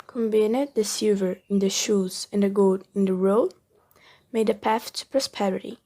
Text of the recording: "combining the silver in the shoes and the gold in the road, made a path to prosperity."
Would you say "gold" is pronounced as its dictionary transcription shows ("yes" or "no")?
no